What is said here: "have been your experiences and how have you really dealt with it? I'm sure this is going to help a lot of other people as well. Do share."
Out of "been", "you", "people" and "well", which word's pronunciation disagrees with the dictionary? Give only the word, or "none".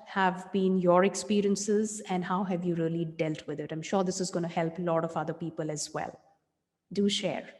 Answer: none